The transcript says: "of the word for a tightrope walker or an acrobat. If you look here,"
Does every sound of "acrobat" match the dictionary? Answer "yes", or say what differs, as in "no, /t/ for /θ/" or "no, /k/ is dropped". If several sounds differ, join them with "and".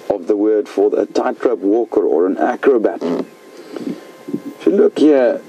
yes